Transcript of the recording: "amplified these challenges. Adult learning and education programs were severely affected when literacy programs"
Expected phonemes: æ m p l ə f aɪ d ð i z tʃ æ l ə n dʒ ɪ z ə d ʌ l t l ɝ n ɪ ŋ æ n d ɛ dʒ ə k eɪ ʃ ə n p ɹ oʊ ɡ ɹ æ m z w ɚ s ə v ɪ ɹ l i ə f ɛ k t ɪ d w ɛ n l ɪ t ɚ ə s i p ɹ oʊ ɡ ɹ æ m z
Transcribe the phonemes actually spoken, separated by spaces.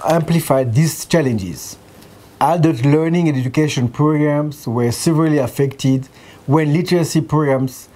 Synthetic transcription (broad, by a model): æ m p l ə f aɪ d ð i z tʃ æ l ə n dʒ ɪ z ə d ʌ t l ɝ n ɪ ŋ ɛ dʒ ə k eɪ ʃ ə n p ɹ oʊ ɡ ɹ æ m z w ɚ s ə v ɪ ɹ l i ə f ɛ k t ɪ d w ɛ n l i t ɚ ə s i p ɹ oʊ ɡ ɹ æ m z